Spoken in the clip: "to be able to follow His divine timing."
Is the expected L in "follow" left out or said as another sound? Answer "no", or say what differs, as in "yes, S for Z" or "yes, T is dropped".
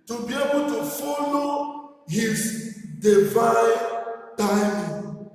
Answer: no